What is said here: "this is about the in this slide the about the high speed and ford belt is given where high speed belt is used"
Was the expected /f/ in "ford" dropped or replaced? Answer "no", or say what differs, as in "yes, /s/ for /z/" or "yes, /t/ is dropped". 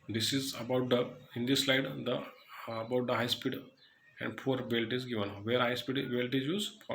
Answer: yes, /p/ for /f/